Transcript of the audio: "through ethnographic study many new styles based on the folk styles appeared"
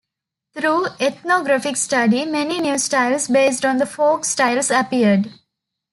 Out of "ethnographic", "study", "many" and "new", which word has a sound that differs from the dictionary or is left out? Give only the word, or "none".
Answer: ethnographic